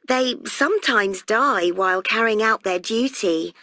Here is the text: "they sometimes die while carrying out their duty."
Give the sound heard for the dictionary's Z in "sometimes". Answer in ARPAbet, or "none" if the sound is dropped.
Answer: Z